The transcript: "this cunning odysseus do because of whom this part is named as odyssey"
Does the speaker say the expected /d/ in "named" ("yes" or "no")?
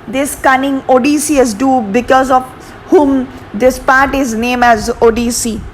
no